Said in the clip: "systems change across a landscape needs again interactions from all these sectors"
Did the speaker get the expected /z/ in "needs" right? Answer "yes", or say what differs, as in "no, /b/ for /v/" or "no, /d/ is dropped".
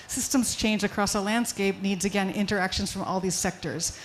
yes